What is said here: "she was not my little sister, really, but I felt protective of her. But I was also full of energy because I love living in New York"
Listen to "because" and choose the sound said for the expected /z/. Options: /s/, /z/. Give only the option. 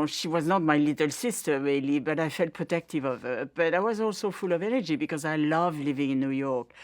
/z/